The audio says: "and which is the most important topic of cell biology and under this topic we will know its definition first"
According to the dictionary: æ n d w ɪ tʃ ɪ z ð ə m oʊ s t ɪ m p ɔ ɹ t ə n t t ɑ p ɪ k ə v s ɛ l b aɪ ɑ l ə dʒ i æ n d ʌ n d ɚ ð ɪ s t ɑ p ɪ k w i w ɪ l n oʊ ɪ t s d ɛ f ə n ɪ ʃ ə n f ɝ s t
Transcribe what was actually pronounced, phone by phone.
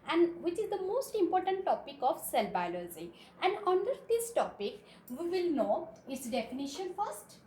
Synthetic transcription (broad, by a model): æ n d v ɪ tʃ ɪ z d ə m oʊ s t ɪ m p ɔ ɹ t ə n t t ɑ p ɪ k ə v s ɛ l b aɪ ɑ l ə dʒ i æ n d ʌ n d ɚ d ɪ s t ɑ p ɪ k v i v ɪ l n oʊ ɪ t s d ɛ f ə n ɪ ʃ ə n f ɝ s t